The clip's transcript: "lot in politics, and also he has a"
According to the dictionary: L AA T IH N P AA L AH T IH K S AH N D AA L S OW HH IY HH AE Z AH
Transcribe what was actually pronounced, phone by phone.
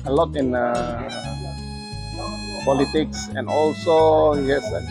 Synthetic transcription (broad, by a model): L AA T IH N P AA L AH T IH K S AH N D AA L S OW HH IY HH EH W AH